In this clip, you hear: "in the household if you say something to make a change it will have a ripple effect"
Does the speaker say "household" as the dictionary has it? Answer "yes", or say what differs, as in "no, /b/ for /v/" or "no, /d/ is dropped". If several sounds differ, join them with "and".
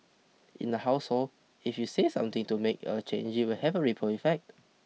no, /d/ is dropped